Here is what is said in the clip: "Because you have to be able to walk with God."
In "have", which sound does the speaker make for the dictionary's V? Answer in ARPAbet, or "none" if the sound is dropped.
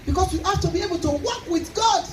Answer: F